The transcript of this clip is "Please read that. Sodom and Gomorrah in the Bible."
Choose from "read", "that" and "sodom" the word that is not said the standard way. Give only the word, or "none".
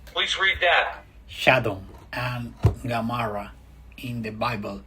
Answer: sodom